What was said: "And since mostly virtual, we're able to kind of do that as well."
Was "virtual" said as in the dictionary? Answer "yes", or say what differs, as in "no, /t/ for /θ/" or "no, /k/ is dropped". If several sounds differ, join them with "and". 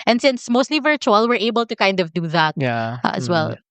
yes